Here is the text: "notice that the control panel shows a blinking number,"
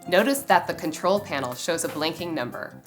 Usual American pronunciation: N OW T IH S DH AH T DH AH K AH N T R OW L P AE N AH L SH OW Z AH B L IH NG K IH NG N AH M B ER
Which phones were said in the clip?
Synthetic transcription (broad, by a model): N OW T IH S DH AH T DH AH K AH N T R OW L P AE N L SH OW Z AH B L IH NG K IH NG N AH M B ER